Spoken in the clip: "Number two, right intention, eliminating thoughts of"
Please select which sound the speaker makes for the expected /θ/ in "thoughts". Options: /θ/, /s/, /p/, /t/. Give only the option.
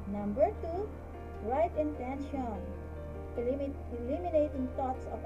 /t/